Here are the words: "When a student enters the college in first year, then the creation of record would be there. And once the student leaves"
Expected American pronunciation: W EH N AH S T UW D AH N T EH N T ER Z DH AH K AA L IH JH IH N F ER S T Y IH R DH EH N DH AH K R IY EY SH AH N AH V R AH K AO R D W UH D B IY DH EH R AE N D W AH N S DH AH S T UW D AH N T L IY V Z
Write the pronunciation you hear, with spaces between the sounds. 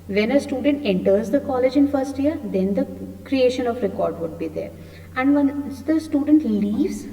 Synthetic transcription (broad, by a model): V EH N AH S T UW D AH N T EH N T ER Z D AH K AA L IH JH IH N F ER S T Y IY R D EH N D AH K R IY EY SH AH N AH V R AH K AO R D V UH D B IY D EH R AE N D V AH N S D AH S T UW D AH N T L IY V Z